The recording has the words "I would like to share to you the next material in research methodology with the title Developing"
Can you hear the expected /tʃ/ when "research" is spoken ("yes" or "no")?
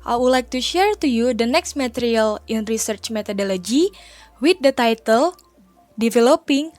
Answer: yes